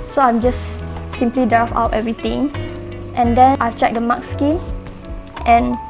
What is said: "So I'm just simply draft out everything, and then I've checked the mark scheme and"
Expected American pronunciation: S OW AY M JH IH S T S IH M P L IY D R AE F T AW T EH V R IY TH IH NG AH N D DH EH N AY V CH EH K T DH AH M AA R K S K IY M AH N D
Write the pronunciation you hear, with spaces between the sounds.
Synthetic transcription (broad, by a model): S OW AY M JH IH S S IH M P L IY D R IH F AW T EH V R IY T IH NG AH N D EH N AY CH EH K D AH M AA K S K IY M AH N